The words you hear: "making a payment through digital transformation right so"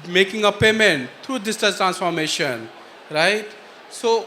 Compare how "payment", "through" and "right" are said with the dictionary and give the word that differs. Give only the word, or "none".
through